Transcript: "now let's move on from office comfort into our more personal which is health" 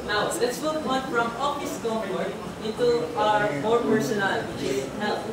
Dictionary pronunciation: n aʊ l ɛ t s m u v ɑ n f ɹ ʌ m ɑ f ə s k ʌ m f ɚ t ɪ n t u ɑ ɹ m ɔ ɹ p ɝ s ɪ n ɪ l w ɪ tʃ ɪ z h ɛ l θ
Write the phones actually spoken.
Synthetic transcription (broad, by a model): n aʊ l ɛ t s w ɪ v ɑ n f ɹ ʌ m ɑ ə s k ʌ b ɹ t ɪ n t u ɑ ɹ m ɔ ɹ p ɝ s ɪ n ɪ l w ɪ tʃ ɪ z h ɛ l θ